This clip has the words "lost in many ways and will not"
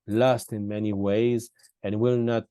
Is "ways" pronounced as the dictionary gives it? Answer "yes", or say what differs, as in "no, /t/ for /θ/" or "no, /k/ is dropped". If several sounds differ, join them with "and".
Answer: yes